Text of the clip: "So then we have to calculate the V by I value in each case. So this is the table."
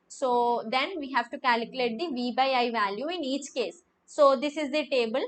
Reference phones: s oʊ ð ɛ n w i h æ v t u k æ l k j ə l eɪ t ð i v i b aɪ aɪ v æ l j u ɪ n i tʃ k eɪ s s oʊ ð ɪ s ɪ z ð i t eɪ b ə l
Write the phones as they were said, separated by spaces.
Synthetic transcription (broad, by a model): s oʊ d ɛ n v i h æ v t u k æ l k j ə l eɪ t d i v i b aɪ aɪ v æ l j u ɪ n i tʃ k eɪ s s oʊ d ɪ s ɪ z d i t eɪ b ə l